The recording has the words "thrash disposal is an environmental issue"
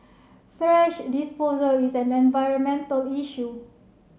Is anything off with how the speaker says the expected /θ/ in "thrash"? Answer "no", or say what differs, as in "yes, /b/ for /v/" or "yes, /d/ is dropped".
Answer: yes, /f/ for /θ/